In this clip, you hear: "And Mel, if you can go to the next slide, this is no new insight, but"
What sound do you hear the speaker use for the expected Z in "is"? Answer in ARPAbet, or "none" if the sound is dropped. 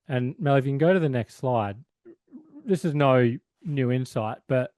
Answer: Z